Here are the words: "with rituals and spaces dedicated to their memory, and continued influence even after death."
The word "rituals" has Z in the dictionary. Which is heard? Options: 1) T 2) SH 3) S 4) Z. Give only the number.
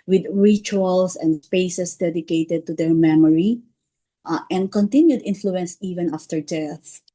3